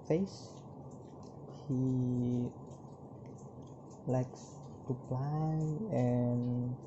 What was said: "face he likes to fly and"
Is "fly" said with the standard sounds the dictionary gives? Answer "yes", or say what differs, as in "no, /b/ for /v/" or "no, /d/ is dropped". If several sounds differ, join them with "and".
no, /p/ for /f/